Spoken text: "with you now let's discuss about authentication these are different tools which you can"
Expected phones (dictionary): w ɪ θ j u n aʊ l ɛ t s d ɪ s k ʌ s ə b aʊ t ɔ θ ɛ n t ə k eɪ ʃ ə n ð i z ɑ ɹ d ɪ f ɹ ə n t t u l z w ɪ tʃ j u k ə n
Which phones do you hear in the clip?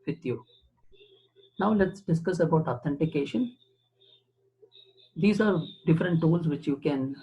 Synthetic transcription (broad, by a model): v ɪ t j u n aʊ l ɛ t s d ɪ s k ʌ s ə b aʊ t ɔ t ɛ n t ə k eɪ ʃ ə n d i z ɑ ɹ d ɪ f ɹ ə n t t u l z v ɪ tʃ j u k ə n